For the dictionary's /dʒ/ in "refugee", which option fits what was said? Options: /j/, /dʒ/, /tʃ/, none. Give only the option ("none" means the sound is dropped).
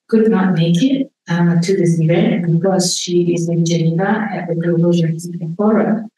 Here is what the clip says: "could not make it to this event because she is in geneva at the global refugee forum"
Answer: none